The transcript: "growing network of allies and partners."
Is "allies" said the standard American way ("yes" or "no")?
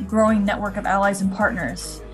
yes